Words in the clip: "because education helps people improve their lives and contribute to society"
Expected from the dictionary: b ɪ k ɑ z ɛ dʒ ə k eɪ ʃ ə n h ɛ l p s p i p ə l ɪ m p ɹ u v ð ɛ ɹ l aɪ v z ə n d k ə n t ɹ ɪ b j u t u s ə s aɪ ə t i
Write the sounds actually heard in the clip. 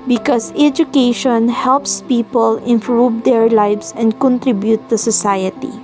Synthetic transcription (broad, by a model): b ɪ k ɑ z ɛ dʒ ə k eɪ ʃ ə n h ɛ l p s p i p ə l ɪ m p ɹ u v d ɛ ɹ l aɪ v s ə n d k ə n t ɹ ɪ b j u t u s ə s aɪ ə t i